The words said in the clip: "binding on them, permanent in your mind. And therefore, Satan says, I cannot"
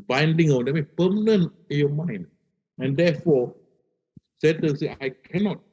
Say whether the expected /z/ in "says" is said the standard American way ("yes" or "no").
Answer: no